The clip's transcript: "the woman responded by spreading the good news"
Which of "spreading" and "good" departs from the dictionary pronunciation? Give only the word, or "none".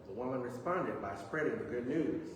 none